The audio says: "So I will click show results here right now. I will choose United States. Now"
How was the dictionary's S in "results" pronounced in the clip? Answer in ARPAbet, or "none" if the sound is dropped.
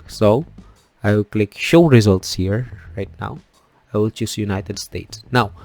S